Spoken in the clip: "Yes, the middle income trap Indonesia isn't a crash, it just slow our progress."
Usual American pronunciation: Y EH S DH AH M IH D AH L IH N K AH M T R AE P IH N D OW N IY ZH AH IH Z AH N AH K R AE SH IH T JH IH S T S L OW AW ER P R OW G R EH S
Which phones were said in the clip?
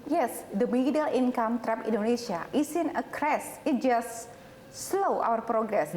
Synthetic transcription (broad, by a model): Y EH S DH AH M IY D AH L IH N K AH M T R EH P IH N D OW N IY S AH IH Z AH N AH K R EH S IH T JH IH S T S L OW AW ER P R OW G R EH S